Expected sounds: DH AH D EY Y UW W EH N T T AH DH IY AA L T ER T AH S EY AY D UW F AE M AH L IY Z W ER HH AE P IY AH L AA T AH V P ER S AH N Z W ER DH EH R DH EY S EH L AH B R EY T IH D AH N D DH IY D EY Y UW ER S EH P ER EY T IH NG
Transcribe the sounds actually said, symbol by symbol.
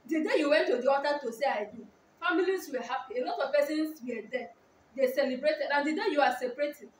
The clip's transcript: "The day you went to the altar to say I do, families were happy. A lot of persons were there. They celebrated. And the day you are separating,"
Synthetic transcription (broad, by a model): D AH D EY Y UW W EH N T T AH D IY AA T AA T AH S EY AY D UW F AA M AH L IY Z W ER HH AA P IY AH L AA T AH V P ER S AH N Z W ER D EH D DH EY S EH L AH B R EY T IH D AH N D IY D EY Y UW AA S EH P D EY T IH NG